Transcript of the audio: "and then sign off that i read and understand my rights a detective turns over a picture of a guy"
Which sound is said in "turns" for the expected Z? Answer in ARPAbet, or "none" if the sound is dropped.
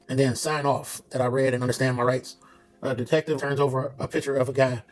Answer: Z